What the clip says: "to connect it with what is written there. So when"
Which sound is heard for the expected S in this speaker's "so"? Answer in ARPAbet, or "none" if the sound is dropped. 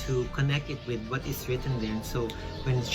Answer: S